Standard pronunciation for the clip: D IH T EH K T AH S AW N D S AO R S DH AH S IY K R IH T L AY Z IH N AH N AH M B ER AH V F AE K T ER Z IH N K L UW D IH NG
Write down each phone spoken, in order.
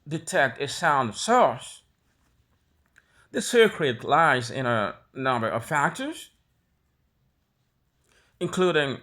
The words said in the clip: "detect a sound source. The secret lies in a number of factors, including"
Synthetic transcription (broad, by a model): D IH T EH K T AH S AW N D S AO R S DH AH S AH K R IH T L AY Z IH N AH N AH M B ER AH V F AE K T ER Z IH N K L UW D IH NG